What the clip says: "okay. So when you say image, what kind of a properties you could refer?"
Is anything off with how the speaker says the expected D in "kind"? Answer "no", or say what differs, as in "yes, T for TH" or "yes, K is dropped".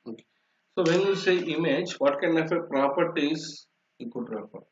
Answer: yes, D is dropped